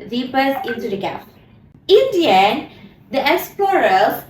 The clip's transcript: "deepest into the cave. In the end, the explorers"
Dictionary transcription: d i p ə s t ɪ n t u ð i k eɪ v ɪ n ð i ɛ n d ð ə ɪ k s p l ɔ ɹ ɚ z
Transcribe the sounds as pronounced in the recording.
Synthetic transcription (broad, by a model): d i p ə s ɪ n t u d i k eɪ p ɪ n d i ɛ n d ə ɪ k s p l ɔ ɹ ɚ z